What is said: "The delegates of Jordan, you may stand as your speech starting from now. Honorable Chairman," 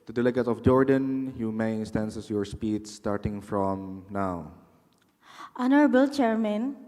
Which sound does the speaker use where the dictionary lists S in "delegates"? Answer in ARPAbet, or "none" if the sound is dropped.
none